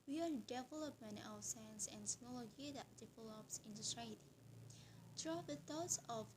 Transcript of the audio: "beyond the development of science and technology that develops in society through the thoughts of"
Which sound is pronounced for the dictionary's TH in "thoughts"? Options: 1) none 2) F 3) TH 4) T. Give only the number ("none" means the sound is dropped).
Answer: 4